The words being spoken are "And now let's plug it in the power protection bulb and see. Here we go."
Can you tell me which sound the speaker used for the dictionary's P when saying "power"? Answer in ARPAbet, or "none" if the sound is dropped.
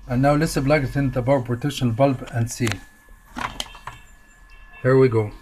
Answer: B